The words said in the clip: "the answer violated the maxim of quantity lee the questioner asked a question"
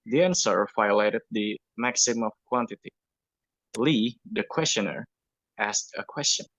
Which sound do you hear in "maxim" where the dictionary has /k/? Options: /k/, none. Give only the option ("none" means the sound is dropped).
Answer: /k/